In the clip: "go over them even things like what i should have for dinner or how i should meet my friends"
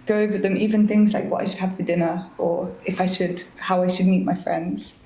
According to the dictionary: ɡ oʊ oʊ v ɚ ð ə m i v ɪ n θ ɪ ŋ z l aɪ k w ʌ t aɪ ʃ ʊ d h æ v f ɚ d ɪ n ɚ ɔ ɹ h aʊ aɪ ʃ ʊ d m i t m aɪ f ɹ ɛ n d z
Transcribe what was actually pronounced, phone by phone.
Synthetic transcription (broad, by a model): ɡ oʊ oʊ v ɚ ð ə m i v ɪ n θ ɪ ŋ z l aɪ k w ʌ t aɪ ʃ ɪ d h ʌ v f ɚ d ɪ n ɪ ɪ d h aʊ aɪ ʃ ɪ d m i t m aɪ f ɹ ɛ n d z